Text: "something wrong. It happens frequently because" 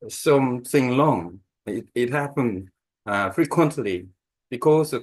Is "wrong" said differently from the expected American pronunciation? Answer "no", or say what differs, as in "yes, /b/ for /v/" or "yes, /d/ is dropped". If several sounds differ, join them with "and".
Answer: yes, /l/ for /ɹ/